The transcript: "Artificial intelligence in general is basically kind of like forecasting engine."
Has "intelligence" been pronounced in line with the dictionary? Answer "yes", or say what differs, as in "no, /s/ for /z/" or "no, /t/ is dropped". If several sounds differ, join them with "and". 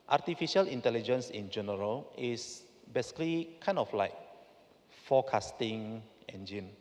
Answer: yes